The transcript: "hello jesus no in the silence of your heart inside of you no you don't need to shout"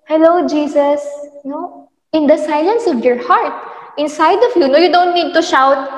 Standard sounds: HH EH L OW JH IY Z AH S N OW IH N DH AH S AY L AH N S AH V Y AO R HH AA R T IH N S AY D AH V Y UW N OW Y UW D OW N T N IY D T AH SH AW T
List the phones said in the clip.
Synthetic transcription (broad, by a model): HH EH L OW JH IY S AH S N OW IH N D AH S AY L AH N S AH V Y AO R HH AA R T IH N S AY D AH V Y UW N OW Y UW D OW N T N IY D T AH SH AW T